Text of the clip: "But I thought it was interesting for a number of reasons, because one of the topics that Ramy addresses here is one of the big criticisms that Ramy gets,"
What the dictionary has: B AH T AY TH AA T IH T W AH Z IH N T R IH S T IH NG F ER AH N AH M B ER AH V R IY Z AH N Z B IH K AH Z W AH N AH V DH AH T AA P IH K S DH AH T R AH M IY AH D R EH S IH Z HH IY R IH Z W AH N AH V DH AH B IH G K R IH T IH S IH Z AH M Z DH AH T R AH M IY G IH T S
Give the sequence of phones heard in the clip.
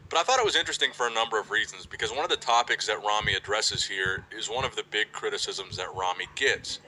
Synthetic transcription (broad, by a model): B AH T AY TH AA T IH T W AH Z IH N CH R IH S T IH NG F ER AH N AH M B ER AH V R IY Z N Z B IH K AH Z W AH N AH V DH AH T AA P IH K S DH AH T R AH M IY AH D R EH S IH Z HH IY R IH Z W AH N AH V DH AH B IH G K R IH T IH S IH Z AH M Z DH AH T R AH M IY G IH T S